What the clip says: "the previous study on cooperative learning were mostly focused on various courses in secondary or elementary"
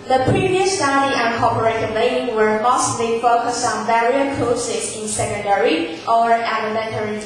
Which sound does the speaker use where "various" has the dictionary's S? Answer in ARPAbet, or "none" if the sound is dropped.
none